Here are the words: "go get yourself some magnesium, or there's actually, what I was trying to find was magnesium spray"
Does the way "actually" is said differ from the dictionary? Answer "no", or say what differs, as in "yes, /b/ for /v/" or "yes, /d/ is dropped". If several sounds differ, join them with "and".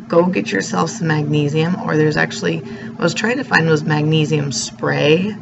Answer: yes, /l/ is dropped